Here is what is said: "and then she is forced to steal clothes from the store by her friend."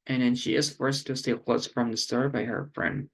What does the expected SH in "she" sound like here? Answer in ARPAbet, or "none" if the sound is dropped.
SH